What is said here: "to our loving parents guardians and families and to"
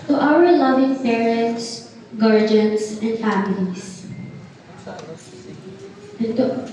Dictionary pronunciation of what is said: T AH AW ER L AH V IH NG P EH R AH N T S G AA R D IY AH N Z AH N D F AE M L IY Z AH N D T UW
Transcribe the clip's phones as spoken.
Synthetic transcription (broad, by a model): T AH AW ER L AH V IH NG P EH R AH N T S G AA R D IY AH N S AH N D F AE M IY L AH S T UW